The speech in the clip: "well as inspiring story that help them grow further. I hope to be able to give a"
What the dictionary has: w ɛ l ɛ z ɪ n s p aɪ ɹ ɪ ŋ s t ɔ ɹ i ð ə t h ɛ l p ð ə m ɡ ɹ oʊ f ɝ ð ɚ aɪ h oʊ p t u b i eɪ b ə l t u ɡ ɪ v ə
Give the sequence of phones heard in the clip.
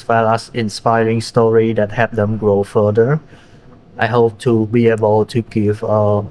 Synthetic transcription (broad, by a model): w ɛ l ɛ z ɪ n s p aɪ ɹ ɪ ŋ s t ɔ ɹ i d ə t h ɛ p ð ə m ɡ ɹ oʊ f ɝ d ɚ aɪ h oʊ p t u b i eɪ b ə l t u ɡ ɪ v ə